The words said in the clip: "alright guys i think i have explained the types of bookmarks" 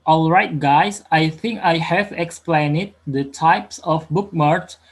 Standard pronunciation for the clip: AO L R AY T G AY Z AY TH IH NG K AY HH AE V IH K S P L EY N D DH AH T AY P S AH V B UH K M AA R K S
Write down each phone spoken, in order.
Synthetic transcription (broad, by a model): AO L R AY T G AY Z AY TH IH NG K AY HH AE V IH K S P L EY N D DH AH T AY P S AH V B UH K M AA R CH